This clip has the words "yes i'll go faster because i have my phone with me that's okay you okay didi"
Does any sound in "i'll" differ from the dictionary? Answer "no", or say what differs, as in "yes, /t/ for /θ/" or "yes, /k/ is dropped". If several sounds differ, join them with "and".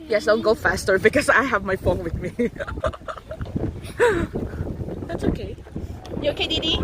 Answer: yes, /n/ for /l/